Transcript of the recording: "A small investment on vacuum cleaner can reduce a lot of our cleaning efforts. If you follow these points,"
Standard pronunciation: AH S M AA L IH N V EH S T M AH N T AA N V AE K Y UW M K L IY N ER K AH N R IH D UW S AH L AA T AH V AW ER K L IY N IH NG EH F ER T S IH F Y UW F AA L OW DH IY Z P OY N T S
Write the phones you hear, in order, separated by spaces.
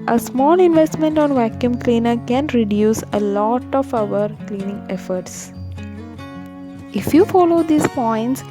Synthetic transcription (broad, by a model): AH S M AA L IH N V EH S T M AH N T AA N V AE K Y UW M K L IY N ER K AH N R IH D UW S AH L AA T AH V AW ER K L IY N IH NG EH F ER T S IH F Y UW F AA L OW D IY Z P OY N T S